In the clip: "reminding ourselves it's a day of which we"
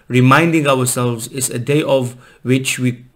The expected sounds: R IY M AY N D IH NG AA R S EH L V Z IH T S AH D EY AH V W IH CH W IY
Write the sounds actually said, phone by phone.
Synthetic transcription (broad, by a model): R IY M AY N D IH NG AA W S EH L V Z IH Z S AH D EY AH V W IH CH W IY